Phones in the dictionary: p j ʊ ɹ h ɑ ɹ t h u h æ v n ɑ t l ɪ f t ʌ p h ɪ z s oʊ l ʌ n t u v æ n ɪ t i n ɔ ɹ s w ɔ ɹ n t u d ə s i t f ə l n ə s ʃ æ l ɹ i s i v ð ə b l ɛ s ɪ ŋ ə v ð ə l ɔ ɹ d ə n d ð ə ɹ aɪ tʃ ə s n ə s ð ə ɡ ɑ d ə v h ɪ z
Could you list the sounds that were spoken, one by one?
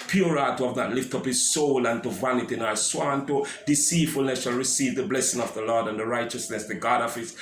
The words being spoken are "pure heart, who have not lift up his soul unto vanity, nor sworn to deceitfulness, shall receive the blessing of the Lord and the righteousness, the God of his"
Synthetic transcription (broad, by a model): p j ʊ ɹ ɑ t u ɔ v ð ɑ t l ɪ f t ʌ p h ɪ z s oʊ l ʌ n t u v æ n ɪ t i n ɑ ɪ s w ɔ n t u d ə s i t f ə l n ə s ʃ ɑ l ɹ i s i v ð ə b l ɛ s ɪ ŋ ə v ð ə l ɔ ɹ d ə n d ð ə ɹ aɪ tʃ ə s n ə s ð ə ɡ ɑ d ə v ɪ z